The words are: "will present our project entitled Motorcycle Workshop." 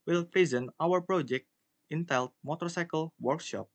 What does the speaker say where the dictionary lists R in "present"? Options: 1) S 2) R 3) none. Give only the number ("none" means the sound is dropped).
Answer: 2